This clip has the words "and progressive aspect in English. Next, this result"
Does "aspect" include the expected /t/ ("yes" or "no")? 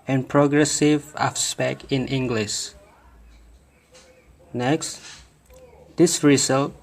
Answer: no